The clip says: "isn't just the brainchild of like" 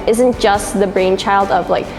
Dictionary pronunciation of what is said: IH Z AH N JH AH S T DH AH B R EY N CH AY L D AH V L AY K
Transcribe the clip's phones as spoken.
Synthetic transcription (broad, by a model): IH Z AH N JH AH S T DH AH B R EY N CH AY L D AH V L AY K